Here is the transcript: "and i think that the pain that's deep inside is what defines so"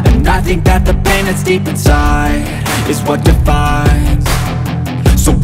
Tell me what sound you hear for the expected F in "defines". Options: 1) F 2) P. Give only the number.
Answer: 1